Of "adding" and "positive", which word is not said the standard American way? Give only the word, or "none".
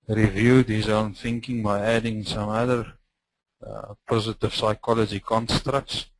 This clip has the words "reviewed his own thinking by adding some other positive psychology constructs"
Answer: none